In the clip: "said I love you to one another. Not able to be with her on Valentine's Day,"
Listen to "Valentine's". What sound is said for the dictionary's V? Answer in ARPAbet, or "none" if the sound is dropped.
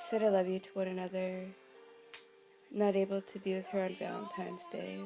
B